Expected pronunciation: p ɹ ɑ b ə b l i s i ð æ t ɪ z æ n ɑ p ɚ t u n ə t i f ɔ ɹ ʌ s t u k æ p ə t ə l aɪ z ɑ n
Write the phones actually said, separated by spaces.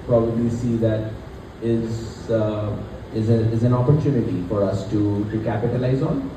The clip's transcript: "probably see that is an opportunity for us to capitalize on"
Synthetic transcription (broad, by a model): p ɹ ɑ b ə b l i s i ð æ t ɪ z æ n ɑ p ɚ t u n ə t i f ɔ ɹ ʌ s t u k æ p ə t ə l aɪ z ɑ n